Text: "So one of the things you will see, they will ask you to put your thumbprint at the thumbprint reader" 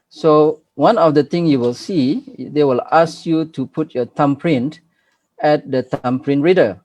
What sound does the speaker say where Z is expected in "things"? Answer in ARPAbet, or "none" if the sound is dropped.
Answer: none